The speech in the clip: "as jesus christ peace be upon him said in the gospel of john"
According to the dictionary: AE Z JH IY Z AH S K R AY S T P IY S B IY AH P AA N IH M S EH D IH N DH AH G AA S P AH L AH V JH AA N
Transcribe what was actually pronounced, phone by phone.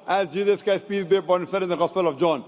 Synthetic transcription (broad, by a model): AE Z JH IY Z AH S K AY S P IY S B IY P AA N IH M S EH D IH N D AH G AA S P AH L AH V JH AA N